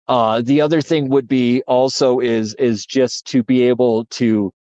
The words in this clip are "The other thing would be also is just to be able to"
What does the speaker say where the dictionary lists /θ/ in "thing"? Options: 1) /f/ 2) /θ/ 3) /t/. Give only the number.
2